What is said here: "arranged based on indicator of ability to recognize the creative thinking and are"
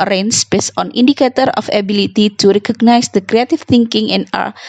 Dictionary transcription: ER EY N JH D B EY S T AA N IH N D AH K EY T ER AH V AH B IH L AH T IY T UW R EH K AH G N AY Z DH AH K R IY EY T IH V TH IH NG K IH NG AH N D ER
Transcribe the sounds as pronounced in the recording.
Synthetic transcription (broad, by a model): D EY N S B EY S AA N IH N D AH K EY T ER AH F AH B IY L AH T IY T UW R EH K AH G N AY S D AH K R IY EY T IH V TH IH NG K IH NG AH N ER